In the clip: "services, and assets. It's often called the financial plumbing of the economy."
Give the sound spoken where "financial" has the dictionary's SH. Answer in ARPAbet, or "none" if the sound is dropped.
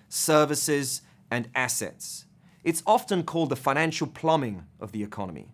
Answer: SH